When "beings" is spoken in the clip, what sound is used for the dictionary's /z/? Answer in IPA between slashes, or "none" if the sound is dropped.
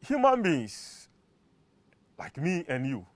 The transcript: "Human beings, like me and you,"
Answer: /s/